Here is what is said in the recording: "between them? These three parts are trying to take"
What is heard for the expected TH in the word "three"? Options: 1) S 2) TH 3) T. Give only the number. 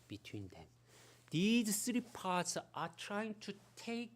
1